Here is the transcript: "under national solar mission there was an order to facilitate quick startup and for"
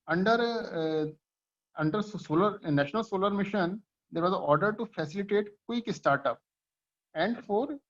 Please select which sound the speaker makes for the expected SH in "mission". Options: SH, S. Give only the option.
SH